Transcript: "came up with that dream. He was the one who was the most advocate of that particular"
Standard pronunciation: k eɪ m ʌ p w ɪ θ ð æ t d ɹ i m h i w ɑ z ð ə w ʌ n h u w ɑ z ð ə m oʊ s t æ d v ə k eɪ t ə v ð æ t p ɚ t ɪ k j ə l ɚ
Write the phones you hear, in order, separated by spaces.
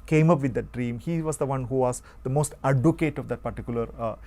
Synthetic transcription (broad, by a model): k eɪ m ʌ p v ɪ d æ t d ɹ i m h i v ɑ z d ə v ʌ n h u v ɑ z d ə m oʊ s t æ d ə k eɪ t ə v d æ t p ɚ t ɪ k j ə l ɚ